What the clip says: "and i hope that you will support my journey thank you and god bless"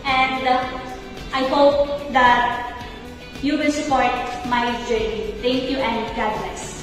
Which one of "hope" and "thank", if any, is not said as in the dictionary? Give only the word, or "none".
thank